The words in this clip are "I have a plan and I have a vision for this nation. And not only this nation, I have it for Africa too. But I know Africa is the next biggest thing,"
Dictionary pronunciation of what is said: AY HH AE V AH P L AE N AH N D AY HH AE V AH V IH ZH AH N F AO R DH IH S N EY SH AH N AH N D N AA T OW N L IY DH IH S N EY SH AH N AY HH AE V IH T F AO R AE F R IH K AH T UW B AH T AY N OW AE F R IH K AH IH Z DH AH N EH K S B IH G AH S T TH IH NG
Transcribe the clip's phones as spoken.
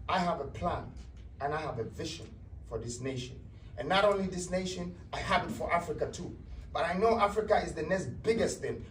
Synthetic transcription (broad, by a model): AY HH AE V AH P L AE N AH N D AY HH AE V AH V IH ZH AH N F AO R DH IH S N EY SH AH N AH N N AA T OW N L IY DH IH S N EY SH AH N AY HH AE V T F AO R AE F R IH K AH T UW B AH T AY N OW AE F R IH K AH IH Z DH AH N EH S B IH G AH S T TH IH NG